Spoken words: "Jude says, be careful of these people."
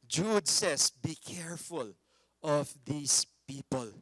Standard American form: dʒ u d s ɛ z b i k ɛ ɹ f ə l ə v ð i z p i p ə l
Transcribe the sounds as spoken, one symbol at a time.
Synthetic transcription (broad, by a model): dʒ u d s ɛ s b i k ɛ ɹ f ə l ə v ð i s p i p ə l